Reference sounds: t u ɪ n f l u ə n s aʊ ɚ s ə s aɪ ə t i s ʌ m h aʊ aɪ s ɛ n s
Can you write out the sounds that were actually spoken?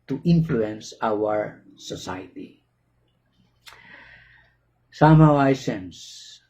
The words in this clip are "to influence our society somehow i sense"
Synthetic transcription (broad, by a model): t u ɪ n f l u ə n s aʊ ɚ s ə s aɪ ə s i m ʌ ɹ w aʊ aɪ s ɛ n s